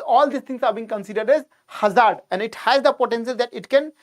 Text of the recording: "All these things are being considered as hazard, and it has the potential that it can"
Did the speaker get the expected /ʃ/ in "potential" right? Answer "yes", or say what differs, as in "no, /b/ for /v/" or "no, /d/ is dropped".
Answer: no, /s/ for /ʃ/